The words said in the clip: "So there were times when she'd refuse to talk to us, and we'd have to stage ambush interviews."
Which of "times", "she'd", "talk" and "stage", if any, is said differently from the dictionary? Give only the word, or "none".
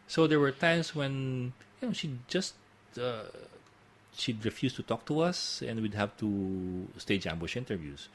times